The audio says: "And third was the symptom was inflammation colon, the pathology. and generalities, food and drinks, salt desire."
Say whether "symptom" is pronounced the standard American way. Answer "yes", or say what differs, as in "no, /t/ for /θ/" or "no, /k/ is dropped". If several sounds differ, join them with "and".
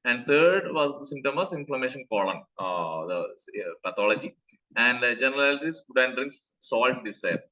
no, /p/ is dropped